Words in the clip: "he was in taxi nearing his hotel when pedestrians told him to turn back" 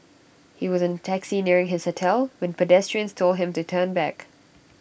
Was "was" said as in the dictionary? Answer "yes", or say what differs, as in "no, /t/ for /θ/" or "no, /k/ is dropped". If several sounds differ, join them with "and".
yes